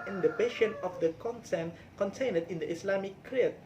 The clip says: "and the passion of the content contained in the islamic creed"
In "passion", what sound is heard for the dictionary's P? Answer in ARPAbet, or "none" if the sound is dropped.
B